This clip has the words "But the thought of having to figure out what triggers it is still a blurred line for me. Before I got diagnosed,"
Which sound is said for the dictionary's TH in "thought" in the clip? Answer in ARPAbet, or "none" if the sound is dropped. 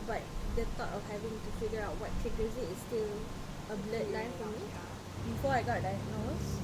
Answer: T